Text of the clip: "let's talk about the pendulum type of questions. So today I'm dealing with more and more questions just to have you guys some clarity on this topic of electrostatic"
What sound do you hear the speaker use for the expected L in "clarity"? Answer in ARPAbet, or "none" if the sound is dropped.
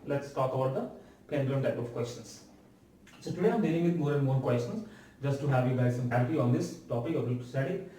none